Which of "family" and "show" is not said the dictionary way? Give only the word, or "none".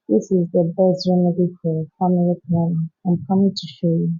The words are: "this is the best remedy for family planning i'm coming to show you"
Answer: family